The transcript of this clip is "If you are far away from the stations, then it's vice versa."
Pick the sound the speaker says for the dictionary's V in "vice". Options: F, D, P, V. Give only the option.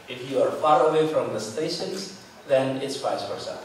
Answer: F